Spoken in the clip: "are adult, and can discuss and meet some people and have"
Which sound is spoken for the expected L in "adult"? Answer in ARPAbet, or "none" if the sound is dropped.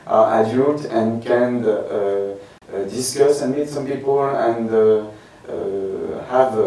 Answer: none